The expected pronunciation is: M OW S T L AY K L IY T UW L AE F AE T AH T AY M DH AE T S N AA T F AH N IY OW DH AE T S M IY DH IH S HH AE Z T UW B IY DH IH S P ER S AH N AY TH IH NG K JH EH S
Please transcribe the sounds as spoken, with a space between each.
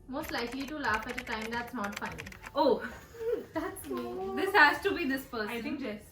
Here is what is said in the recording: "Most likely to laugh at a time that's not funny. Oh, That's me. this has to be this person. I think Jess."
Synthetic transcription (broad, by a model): M OW S T L AY K L IY T UW L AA F AE T AH T AY M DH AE T S N AA T F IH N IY OW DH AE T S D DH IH S HH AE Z T UW B IY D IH S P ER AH AY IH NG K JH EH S